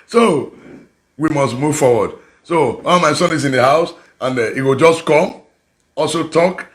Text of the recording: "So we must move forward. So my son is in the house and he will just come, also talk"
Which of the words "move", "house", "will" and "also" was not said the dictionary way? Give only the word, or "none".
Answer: none